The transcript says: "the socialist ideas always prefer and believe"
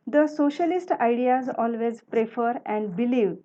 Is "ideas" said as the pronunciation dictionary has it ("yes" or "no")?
yes